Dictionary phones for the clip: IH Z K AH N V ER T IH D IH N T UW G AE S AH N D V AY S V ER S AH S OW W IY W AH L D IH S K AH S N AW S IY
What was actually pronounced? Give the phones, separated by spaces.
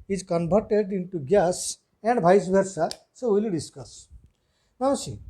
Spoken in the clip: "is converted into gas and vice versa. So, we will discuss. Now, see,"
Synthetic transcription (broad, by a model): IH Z K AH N B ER T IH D IH N T UW G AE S AH N D B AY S B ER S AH S OW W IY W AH L D IH S K AH S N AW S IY